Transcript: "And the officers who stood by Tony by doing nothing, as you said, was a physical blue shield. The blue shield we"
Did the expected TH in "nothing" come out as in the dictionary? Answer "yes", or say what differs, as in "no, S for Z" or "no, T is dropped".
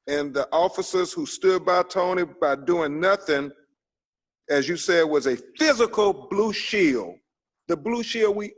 yes